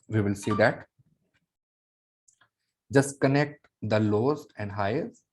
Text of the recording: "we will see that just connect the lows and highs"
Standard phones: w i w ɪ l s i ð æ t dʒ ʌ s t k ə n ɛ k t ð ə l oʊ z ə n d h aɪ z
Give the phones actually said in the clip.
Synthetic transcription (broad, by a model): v i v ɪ l s i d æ t dʒ ʌ s t k ə n ɛ k t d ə l oʊ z ə n d h aɪ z